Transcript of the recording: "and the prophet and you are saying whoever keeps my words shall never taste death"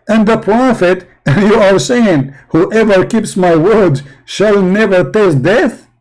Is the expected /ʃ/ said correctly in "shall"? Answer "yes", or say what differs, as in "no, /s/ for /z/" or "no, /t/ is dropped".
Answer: yes